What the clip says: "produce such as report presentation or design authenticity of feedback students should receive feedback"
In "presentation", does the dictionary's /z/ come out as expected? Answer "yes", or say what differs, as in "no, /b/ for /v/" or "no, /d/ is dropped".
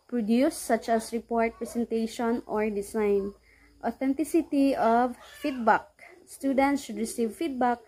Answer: no, /s/ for /z/